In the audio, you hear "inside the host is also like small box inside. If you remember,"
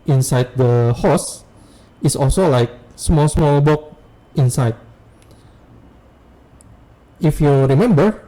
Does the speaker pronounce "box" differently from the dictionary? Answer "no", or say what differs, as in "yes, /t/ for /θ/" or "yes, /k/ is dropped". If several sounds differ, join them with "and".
yes, /s/ is dropped